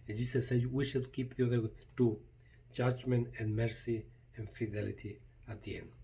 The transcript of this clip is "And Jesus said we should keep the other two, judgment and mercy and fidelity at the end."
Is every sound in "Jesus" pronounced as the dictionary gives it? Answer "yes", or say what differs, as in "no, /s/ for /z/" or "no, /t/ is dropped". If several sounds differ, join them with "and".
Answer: no, /s/ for /z/